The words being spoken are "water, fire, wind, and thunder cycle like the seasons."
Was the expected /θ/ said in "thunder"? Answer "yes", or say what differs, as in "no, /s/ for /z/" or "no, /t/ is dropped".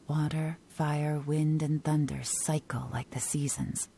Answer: yes